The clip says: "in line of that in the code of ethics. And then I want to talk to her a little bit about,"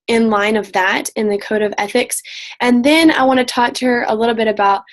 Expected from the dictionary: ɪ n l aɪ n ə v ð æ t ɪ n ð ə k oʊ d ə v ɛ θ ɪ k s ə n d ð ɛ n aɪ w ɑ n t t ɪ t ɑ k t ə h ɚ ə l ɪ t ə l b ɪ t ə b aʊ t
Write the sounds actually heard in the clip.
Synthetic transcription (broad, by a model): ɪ n l aɪ n ə v ð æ t ɪ n ð ə k oʊ d ə v ɛ θ ɪ k s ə n ð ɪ n aɪ w ɑ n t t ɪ t ɑ k t ə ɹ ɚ ə l ɪ t l b ɪ t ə b aʊ t